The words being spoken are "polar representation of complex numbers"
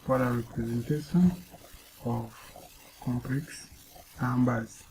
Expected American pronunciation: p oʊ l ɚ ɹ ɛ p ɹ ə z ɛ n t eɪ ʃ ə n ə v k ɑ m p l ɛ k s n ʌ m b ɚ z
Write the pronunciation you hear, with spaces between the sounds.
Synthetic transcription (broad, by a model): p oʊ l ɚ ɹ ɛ p ɹ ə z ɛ n t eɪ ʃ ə n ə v k ɑ m p l ɛ k s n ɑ m b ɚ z